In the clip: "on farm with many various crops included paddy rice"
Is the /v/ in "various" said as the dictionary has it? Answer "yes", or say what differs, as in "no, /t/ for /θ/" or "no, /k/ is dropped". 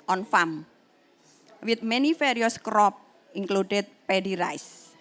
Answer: no, /f/ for /v/